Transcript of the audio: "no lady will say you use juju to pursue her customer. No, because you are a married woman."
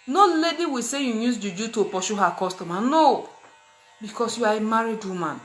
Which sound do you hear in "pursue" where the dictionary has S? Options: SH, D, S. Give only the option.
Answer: SH